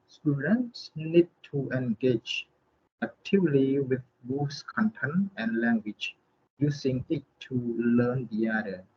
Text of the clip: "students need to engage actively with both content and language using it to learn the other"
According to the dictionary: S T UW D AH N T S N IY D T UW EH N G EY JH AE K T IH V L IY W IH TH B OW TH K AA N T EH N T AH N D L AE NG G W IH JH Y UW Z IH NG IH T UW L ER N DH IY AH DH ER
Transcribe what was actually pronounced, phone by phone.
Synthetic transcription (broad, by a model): S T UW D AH N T S N IY D T UW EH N G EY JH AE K T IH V L IY W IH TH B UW S K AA N T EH N AH N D L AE NG G W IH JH Y UW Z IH NG IH T UW L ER N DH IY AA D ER